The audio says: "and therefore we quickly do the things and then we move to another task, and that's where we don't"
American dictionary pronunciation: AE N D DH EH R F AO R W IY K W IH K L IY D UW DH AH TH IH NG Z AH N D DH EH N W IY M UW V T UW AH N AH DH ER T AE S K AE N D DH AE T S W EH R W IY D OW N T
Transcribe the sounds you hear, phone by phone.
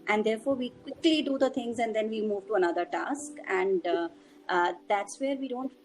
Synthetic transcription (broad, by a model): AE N D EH R F AO R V IY K W IH K L IY D UW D AH T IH NG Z AH N D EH N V IY M UW V T UW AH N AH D ER T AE S K AE N D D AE T S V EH R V IY D OW N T